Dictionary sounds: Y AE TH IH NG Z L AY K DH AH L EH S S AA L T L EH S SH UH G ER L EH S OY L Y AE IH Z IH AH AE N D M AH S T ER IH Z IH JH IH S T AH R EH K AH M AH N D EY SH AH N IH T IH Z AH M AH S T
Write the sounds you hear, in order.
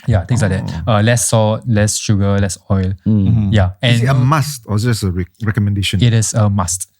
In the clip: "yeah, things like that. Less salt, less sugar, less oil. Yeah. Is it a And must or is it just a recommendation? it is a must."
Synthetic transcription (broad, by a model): Y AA T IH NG S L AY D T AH L EH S S AA T L EH S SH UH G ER L EH S OY L Y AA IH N AH M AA S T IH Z IH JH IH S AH R EH K AH M AH N D EY SH AH N IH T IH S AH M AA S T